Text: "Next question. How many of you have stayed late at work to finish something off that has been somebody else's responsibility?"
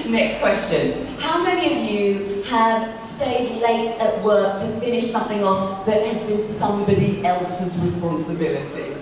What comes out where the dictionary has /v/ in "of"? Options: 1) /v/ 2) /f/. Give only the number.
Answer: 1